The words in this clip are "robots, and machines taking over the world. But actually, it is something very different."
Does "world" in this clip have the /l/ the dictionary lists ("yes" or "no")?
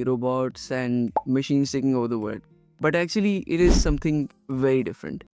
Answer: no